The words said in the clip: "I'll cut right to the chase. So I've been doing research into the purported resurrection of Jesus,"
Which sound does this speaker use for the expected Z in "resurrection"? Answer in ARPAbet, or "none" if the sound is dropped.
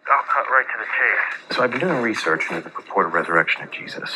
Z